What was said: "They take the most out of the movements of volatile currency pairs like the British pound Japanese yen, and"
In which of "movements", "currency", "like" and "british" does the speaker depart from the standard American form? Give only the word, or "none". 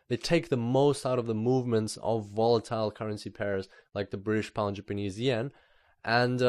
none